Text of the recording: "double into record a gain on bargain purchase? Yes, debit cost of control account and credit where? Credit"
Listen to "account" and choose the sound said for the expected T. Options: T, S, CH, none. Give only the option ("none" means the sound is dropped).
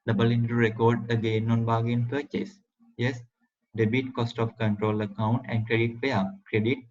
T